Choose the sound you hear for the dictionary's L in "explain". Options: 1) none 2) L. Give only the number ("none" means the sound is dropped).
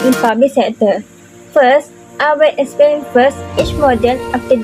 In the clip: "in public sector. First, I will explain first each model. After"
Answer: 1